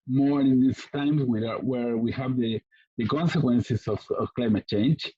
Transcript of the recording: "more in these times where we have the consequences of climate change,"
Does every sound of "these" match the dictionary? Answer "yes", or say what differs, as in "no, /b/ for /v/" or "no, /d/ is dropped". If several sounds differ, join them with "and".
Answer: no, /s/ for /z/